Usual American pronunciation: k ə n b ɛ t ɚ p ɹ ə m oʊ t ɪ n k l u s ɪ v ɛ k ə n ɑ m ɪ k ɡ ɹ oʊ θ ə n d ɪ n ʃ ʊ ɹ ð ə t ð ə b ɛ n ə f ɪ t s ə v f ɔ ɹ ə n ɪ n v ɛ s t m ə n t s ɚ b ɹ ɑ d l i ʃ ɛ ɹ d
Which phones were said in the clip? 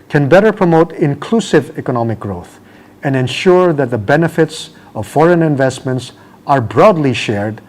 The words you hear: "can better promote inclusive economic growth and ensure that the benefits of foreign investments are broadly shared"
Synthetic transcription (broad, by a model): k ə n b ɛ t ɚ p ɹ ə m oʊ t ɪ n k l u s ɪ v ɛ k ə n ɑ m ɪ k ɡ ɹ oʊ θ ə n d ɪ n ʃ ʊ ɹ ð ə t ð ə b ɛ n ə f ɪ t s ə v f ɔ ɹ ə n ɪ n v ɛ s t m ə n t s ɚ b ɹ ɑ d l i ʃ ɛ ɹ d